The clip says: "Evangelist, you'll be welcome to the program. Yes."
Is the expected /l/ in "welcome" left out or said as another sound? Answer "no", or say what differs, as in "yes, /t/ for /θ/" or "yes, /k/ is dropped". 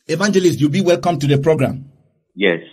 no